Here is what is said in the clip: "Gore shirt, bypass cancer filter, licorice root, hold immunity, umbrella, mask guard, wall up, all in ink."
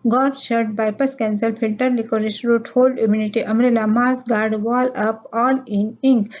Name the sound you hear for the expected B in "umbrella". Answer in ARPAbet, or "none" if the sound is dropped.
none